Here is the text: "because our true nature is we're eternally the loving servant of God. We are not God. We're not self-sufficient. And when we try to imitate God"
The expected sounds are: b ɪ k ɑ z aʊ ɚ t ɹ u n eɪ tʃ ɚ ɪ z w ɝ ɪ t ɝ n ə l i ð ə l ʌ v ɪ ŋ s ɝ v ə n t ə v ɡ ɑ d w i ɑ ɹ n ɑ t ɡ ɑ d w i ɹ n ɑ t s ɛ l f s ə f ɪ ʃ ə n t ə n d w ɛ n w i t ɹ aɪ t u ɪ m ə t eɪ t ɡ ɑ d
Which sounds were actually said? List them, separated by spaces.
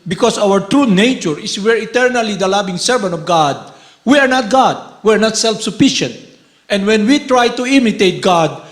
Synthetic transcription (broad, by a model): b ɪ k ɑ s aʊ ɚ t ɹ u n eɪ tʃ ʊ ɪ s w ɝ ɪ t ɝ n ə l i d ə l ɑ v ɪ ŋ s ɝ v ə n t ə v ɡ ɑ d w i ɑ ɹ n ɑ t ɡ ɑ d w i ɹ n ɑ t s ɛ l f s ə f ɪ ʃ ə n t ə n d w ɛ n w i t ɹ aɪ t u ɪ m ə t eɪ t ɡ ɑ d